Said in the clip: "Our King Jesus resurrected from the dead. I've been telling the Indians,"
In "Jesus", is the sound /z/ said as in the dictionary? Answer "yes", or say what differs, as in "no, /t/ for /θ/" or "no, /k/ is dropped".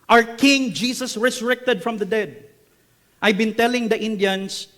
no, /s/ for /z/